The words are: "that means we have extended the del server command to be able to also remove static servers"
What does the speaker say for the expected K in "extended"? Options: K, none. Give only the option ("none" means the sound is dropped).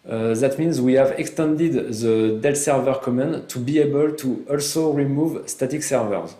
K